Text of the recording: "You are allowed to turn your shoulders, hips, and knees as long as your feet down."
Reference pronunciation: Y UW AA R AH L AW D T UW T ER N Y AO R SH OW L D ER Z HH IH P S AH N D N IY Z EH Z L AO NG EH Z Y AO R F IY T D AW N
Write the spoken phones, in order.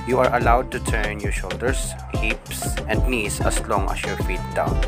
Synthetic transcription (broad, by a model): Y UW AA R AH L AW D T UW T ER N Y AO R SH OW L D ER S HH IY P S AH N D N IY S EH S L AO NG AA S Y AO R F IY T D AW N